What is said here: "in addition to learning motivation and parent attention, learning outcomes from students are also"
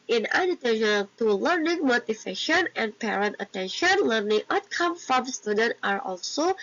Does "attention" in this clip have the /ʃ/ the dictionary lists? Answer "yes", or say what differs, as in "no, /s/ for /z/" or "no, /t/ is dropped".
yes